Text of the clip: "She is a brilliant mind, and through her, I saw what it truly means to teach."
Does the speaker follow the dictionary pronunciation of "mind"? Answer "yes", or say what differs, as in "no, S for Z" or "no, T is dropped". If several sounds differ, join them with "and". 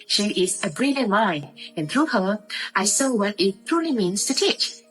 no, D is dropped